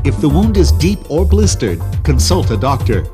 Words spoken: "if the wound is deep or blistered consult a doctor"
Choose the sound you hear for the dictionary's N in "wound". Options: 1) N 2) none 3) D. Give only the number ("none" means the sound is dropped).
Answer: 1